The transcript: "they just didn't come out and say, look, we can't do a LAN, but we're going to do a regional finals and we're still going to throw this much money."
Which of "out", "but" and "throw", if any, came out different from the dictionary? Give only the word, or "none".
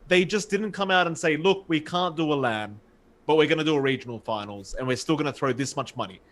none